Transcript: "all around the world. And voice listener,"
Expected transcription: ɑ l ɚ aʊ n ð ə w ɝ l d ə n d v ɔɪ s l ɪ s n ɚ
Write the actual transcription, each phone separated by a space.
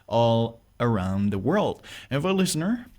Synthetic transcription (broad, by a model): ɑ l ɚ aʊ n ð ə w ɝ l d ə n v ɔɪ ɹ l ɪ s n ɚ